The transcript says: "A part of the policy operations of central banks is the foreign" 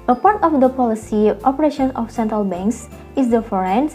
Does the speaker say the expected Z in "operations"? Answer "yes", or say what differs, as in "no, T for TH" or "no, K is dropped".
no, Z is dropped